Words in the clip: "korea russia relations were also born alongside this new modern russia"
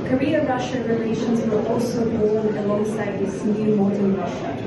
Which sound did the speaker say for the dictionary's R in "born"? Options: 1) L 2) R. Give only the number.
1